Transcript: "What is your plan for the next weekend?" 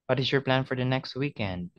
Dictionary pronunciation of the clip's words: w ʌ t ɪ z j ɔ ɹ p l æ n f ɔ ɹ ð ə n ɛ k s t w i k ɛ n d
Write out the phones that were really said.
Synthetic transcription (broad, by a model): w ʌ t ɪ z j ɔ ɹ p l æ n f ɔ ɹ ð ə n ɛ k s t w i k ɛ n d